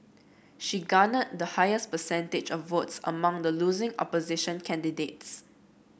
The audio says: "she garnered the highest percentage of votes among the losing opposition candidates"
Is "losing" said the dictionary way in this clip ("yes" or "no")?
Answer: yes